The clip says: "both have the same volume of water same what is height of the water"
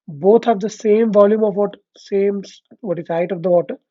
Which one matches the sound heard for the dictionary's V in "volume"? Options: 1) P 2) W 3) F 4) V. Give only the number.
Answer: 4